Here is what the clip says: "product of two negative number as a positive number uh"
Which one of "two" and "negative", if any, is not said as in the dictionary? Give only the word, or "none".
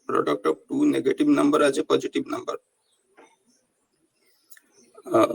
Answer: negative